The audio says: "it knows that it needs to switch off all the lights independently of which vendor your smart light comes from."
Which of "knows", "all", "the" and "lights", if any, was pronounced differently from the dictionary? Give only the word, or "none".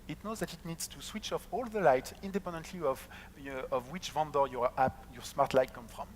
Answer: lights